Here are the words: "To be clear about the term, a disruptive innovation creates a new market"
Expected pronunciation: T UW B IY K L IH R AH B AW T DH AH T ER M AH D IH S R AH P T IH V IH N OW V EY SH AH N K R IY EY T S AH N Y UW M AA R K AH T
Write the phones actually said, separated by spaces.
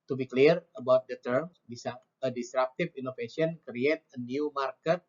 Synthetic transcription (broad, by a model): T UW B IY K L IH R AH B AW T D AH T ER M AH D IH S R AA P T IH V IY N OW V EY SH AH N K R IY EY T AH N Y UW M AA R K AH T